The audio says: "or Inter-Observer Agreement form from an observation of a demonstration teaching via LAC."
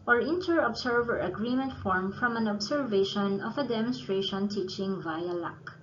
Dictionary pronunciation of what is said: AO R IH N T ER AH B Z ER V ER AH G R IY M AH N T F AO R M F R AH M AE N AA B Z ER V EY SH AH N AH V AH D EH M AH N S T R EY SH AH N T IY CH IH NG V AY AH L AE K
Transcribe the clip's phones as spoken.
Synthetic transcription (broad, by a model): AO R IH N T ER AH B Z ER V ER AH G R IY M AH N T F AO R M F R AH M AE N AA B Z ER V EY SH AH N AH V AH D EH M AH N S T R EY SH AH N T IY CH IH NG V AY AH L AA K